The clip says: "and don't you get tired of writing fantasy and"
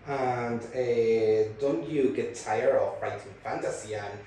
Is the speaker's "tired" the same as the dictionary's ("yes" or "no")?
no